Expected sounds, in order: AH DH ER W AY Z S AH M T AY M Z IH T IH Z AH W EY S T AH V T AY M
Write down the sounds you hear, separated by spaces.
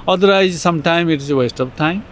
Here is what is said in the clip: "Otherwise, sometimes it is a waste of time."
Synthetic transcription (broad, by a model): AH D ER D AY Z S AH M T AY M IH T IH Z AH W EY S T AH P T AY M